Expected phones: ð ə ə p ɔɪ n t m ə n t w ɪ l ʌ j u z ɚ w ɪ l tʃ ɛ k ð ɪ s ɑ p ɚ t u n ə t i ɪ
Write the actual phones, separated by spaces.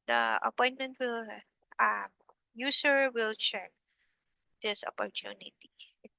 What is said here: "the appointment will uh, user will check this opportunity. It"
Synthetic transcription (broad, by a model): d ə ə p ɔɪ n t m ə n t w ɪ l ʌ j u s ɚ w ɪ l tʃ ɛ k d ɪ s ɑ p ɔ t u n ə t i